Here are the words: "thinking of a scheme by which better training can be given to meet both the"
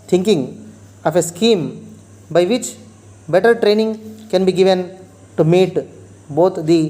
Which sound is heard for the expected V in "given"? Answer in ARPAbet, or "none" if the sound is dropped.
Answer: V